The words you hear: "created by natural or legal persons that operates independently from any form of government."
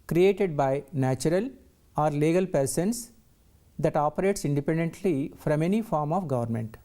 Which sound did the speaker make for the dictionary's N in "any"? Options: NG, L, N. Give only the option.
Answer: N